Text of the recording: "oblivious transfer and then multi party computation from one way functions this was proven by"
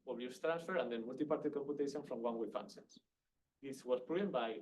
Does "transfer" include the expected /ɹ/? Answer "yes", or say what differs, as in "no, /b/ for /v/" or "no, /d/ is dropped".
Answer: yes